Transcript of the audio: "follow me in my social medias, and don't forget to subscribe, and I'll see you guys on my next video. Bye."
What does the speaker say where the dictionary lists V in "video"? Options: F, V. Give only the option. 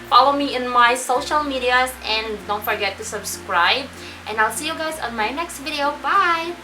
V